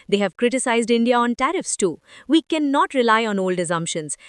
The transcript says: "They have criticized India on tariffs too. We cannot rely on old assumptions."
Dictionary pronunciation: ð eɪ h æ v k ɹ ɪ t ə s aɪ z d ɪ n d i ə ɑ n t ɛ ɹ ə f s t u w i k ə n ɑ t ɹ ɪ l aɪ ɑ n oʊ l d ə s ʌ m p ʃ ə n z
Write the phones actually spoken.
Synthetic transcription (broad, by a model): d eɪ h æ v k ɹ ɪ t ə s aɪ z d ɪ n d i ə ɑ n t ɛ ɹ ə f s t u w i k ə n ɑ t ɹ ɪ l aɪ ɑ n oʊ l d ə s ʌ m p ʃ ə n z